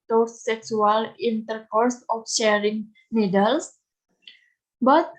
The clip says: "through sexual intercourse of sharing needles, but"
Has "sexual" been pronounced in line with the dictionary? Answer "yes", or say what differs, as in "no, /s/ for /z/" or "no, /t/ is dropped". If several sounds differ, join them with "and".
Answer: no, /s/ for /ʃ/